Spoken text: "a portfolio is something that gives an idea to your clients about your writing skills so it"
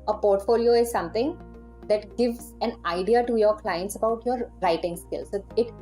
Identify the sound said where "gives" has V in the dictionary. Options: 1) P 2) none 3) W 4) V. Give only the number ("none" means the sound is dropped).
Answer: 4